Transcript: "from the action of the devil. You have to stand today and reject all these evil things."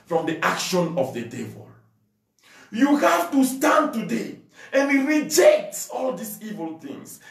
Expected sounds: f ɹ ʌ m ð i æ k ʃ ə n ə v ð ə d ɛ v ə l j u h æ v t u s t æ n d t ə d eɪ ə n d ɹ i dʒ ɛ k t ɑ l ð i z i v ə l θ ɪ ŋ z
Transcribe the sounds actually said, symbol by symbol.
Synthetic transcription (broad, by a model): f ɹ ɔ m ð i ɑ k ʃ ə n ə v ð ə d ɛ v ə l j u h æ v t u s t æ n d t ə d eɪ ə n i ɹ i dʒ ɛ k t ɑ l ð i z i v ə l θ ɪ ŋ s